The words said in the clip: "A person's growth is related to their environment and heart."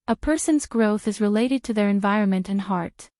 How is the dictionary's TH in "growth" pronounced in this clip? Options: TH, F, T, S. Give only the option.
TH